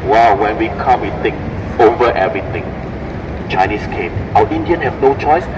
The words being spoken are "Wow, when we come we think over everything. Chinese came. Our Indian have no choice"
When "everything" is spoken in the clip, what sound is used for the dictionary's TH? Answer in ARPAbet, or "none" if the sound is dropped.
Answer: T